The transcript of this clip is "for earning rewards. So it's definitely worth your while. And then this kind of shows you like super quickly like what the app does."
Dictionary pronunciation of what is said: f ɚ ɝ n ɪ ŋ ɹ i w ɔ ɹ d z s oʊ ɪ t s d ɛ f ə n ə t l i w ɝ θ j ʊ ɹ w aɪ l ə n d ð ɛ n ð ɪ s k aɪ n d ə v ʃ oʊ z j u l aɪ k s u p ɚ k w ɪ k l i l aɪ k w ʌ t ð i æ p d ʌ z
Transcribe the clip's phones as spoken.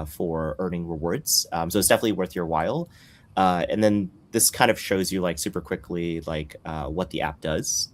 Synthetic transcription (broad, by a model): f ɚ ɝ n ɪ ŋ ɹ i w ɔ ɹ d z s oʊ ɪ t s d ɛ f ə n ə t l i w ɝ θ j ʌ ɹ w aɪ l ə n ð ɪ n ð ɪ s k aɪ n d ə v ʃ oʊ z j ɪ l aɪ k s u p ɚ k w ɪ k l i l aɪ k w ʌ t ð i æ p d ʌ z